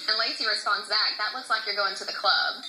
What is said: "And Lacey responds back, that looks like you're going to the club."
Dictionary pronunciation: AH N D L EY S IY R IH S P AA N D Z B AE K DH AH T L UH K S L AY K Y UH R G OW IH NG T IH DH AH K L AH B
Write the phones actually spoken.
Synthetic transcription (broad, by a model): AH L EY S IY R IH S AA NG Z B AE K DH AH T W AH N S L AY K Y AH R G OW IH NG T IH DH AH K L AH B